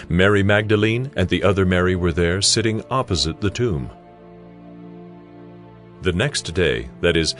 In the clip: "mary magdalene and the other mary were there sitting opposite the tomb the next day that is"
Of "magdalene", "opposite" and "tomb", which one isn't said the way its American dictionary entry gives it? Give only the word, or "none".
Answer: none